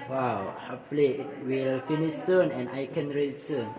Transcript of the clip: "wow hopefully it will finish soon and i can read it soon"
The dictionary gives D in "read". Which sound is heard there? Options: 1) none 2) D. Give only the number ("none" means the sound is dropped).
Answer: 1